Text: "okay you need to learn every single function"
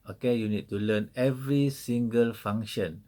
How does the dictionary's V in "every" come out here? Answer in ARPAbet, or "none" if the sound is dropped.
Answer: V